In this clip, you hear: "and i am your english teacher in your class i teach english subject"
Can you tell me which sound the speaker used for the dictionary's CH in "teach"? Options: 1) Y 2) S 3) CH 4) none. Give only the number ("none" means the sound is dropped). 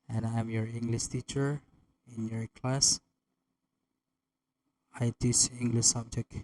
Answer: 2